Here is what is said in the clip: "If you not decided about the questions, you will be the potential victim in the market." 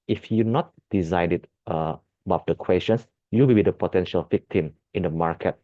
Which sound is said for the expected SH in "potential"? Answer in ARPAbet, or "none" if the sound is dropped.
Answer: SH